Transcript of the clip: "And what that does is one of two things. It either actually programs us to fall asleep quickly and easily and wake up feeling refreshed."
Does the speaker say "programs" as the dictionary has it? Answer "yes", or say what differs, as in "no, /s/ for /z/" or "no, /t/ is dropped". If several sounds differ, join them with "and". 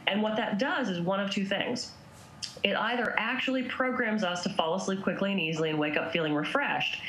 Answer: yes